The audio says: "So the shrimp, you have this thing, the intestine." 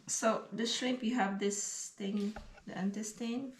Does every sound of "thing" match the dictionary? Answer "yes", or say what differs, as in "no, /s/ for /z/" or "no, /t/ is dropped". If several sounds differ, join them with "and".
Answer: no, /t/ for /θ/